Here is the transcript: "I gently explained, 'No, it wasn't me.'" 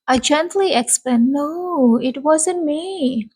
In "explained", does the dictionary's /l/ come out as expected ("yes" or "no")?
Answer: no